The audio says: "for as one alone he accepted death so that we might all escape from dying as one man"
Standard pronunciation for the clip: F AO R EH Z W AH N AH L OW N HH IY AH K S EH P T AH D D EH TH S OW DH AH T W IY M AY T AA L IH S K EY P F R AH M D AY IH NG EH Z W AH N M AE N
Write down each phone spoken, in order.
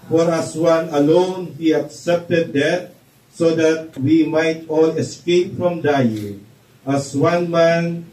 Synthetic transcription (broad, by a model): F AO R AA S W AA N AH L OW N HH IY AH K S EH P T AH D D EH T S OW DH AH T W IY M AY T AA L IH S K EY P F R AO M D AY IH NG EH S W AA N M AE N